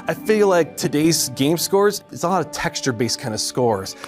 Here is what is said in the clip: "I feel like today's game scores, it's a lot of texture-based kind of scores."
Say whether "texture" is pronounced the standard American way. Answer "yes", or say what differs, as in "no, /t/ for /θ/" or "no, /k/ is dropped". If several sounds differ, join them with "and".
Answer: yes